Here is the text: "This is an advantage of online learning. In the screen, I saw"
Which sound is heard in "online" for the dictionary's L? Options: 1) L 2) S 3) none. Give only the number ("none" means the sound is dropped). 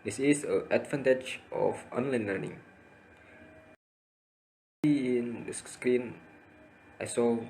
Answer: 1